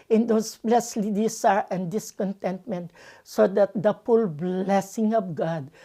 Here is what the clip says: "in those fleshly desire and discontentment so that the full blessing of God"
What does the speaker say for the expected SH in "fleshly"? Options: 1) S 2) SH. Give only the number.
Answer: 1